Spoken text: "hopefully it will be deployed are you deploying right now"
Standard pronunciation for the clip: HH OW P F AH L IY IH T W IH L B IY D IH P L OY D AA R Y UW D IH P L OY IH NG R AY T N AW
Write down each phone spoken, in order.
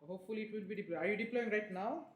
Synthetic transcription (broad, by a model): HH OW P F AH L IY IH T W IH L B IY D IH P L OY AA R Y UW D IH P L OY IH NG R AY T N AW